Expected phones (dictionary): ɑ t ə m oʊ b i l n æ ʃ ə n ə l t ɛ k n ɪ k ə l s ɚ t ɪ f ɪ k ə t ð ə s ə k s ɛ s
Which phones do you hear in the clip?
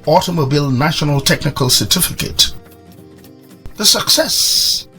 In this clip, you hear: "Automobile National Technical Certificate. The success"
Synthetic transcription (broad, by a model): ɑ t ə m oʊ b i l n æ ʃ ə n ə l t ɛ k n ɪ k ə l s ɚ t ɪ f ɪ k ə t ð ə s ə k s ɛ s